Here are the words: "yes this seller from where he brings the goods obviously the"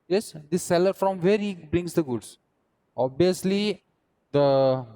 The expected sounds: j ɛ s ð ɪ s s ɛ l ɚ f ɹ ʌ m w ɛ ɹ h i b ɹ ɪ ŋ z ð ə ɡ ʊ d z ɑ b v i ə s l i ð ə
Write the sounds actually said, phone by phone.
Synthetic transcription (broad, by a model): j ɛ s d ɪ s s ɛ l ɚ f ɹ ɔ m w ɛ ɹ h i b ɹ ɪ ŋ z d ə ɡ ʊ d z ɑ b i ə s l i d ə